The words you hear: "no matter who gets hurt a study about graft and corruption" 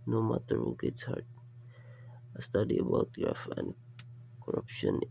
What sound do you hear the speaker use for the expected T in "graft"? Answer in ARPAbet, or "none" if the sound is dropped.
none